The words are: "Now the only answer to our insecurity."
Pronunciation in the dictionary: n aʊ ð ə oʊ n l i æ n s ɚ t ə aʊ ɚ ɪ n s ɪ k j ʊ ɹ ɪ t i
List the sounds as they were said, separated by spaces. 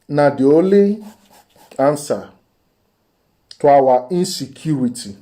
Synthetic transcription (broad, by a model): n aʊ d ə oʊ l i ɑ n s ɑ t ə aʊ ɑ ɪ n s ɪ k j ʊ ɹ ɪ t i